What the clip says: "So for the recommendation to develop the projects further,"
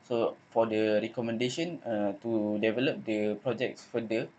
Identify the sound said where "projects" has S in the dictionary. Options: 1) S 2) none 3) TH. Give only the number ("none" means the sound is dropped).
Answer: 1